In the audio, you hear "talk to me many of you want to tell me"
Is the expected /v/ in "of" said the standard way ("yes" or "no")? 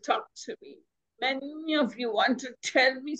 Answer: yes